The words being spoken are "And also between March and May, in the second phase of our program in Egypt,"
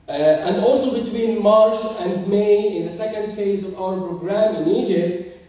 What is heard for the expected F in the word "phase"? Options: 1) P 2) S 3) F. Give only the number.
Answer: 3